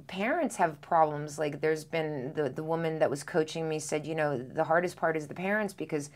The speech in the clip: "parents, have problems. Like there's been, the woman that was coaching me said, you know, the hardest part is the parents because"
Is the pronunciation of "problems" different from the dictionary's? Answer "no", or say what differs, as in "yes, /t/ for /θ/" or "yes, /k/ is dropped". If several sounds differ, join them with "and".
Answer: no